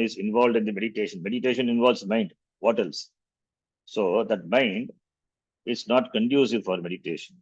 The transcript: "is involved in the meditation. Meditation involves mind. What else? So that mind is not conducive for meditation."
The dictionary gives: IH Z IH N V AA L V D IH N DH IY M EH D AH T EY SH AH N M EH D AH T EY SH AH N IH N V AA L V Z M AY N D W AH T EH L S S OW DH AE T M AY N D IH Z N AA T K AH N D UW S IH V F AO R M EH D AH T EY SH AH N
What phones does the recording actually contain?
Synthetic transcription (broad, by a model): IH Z IH N V AA L V D IH N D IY M EH D AH T EY SH AH N M EH D AH T EY SH AH N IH N V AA L V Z M AY N D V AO T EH L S S OW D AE T M AY N D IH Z N AA T K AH N D UW S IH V F AO R M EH D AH T EY SH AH N